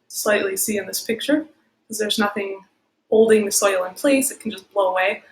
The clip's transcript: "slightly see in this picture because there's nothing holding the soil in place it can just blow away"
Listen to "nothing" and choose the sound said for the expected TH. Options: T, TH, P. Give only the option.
TH